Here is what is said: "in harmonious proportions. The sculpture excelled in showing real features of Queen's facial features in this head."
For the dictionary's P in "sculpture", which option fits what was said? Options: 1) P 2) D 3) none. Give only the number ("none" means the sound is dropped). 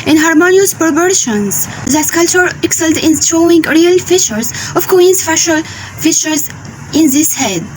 3